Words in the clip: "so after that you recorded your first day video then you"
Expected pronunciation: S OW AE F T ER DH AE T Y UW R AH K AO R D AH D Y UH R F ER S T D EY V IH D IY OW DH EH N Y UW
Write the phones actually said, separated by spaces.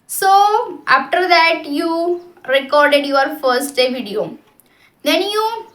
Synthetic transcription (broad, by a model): S OW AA F T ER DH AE T Y UW R AH K AO R D AH D Y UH R F ER S T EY V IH D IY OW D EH N Y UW